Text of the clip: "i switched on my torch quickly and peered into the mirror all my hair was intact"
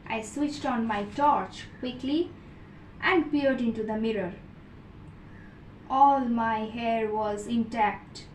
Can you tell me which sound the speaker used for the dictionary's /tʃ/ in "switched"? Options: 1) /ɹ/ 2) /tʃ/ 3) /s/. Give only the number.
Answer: 2